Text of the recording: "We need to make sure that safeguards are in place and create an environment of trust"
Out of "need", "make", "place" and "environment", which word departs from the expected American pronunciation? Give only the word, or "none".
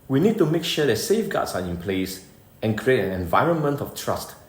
none